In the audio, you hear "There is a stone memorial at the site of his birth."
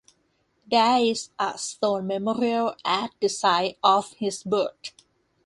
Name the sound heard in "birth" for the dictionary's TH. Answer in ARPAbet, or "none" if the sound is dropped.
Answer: T